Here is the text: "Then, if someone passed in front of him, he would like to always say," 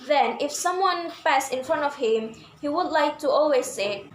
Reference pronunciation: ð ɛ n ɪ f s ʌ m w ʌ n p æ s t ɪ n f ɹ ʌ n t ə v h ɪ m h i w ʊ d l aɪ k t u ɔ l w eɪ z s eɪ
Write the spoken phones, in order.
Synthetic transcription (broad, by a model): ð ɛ n ɪ f s ʌ m w ʌ n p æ s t ɪ n f ɹ ʌ n t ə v h ɪ m h i w ʊ d l aɪ k t u ɔ l w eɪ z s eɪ